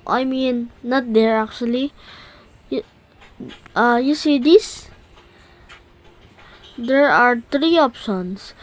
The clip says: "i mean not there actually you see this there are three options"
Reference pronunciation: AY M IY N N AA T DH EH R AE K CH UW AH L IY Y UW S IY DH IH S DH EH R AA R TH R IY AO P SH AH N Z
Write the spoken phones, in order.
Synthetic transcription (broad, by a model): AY M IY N N AA T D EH R AE K CH UW AH L IY Y UW S IY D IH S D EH R AA R T R IY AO P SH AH N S